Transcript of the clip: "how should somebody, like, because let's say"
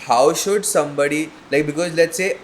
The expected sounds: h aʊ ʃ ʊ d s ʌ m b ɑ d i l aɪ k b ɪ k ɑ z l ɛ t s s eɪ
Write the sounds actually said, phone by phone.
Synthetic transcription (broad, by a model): h aʊ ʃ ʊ d s ʌ m b ɑ d i l aɪ k b ɪ k ɑ z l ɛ t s s eɪ